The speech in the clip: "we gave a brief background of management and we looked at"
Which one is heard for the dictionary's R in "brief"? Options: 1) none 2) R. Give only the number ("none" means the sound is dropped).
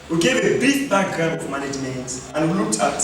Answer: 1